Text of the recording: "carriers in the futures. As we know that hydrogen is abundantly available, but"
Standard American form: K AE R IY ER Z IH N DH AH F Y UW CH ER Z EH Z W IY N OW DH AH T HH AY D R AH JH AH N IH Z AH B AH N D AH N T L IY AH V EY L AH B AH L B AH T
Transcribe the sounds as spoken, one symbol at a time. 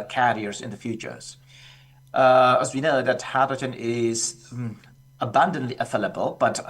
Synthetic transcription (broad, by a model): K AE R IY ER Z IH N DH AH F Y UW CH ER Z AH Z W IY N OW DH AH T HH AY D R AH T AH N IH Z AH B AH N D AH N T L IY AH F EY L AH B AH L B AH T